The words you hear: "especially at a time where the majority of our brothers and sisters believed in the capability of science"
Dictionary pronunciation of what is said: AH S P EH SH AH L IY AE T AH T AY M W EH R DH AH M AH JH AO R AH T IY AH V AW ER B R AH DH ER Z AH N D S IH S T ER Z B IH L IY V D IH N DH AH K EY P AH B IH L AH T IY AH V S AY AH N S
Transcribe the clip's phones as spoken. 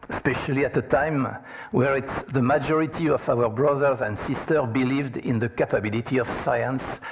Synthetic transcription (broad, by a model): S P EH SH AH L IY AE T AH T AY M W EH R DH AH M AH JH AO R AH T IY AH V AW ER B R AH DH ER Z AH N D S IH S T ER B IH L IY V D IH N DH AH K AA P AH B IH L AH T IY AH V S AY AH N S